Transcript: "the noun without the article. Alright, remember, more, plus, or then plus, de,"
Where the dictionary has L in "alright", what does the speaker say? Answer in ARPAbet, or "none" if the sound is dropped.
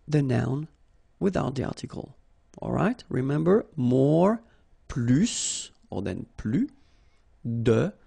L